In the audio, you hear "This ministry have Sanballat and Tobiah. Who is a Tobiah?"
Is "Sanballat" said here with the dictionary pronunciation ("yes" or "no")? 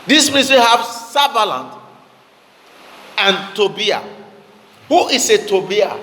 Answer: no